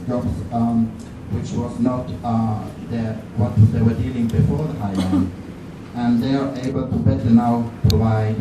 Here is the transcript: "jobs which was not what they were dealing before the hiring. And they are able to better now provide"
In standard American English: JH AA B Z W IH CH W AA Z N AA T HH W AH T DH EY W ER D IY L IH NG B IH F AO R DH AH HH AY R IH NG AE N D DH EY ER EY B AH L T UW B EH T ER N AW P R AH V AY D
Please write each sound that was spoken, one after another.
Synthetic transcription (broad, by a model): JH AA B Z W IH CH W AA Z N AA T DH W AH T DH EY W ER D IY L IH NG B IH F AO R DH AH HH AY IH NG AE N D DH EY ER EY B AH L T UW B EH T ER N AW P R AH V AY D